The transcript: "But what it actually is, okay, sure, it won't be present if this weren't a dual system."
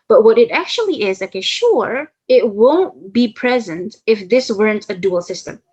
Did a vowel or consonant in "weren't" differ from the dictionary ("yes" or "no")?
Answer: no